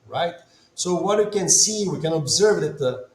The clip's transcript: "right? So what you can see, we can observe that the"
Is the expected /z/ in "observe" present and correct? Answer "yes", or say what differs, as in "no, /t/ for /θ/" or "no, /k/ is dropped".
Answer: yes